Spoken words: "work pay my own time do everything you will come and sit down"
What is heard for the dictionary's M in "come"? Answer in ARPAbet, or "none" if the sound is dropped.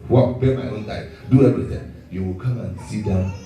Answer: M